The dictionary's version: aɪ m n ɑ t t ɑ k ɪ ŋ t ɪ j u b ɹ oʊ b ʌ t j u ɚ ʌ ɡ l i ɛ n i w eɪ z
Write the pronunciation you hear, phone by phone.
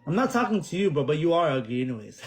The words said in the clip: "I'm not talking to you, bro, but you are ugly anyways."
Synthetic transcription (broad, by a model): aɪ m n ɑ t t ɑ k ɪ ŋ t ɪ j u b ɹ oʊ b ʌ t j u ɚ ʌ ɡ i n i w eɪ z